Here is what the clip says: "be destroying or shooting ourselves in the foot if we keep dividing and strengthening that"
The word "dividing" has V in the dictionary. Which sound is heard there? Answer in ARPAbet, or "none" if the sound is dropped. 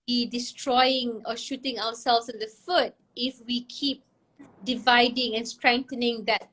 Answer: V